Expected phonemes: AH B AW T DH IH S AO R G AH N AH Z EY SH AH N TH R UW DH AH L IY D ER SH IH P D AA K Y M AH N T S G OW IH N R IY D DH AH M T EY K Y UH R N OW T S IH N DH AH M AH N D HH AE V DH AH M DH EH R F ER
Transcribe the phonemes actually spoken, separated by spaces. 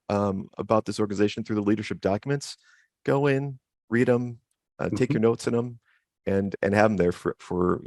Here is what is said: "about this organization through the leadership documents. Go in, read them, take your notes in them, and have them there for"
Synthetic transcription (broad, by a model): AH B AW T DH IH S AO R G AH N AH Z EY SH N TH R UW DH AH L IY D ER SH IH P D AA K Y M AH N T S G OW IH N R IY D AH M T EY K Y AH R N OW T S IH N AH M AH N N HH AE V DH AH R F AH R F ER